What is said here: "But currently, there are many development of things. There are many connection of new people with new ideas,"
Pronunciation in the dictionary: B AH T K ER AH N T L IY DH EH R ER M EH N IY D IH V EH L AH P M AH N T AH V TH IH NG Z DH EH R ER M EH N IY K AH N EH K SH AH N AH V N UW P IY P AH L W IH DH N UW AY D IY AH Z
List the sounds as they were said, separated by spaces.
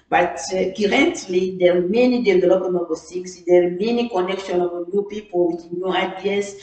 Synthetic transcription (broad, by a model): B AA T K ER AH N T L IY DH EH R M EH N IY D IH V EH L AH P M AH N AH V S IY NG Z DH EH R M EH N IY K AH N EH K SH AH N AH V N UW P IY P AH L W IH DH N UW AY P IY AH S